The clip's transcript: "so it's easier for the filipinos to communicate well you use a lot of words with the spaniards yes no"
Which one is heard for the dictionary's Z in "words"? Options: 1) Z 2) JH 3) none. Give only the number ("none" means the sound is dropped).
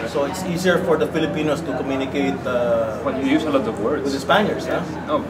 3